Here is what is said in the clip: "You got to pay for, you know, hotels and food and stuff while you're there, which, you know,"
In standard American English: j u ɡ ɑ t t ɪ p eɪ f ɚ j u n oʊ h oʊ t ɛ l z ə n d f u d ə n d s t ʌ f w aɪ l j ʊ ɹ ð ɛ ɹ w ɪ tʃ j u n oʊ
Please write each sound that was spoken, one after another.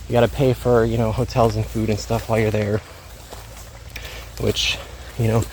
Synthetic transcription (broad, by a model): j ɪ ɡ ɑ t t ɪ p eɪ f ɚ j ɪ n oʊ h oʊ t ɛ l z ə n f u d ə n s t ʌ f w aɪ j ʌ ɹ ð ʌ ɹ w ɪ tʃ j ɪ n oʊ